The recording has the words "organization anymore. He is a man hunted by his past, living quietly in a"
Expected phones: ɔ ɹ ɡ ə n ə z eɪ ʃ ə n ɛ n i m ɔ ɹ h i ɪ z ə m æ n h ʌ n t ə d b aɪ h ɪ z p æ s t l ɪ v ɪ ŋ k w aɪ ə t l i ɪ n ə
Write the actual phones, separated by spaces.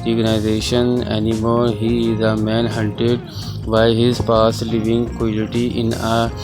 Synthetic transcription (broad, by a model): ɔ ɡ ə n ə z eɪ ʃ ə n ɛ n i m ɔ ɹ h i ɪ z ə m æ n h ʌ n t ə d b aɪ h ɪ z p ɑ s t l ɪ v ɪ ŋ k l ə t i ɪ n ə